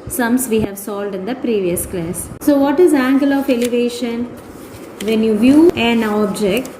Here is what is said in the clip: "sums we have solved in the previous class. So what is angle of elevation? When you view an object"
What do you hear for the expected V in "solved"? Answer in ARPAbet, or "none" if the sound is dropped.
none